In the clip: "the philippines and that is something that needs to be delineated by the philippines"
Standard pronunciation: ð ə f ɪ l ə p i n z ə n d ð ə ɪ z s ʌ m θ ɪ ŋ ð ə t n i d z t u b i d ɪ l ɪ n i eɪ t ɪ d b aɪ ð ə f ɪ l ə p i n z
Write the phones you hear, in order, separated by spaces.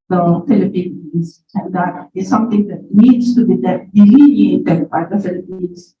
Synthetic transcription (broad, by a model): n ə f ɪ l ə p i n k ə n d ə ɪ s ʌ m t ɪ ŋ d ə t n i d s t u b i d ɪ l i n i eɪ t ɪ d b aɪ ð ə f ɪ l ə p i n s